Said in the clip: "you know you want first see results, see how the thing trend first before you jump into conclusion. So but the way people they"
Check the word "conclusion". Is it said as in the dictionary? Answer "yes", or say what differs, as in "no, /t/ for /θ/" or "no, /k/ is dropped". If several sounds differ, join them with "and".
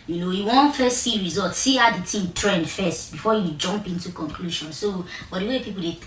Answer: no, /ʃ/ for /ʒ/